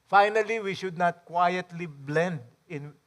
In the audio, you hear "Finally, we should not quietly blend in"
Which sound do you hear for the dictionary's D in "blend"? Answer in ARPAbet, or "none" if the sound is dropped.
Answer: D